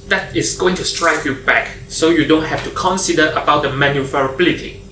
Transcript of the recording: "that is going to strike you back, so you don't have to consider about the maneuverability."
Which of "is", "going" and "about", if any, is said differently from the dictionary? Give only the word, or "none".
is